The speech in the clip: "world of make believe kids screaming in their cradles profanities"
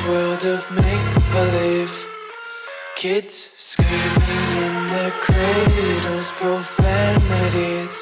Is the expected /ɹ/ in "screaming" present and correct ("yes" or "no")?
no